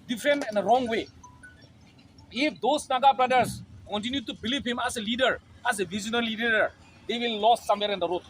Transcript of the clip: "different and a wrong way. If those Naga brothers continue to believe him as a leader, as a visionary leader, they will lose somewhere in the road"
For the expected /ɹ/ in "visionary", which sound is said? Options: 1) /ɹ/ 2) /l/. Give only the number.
2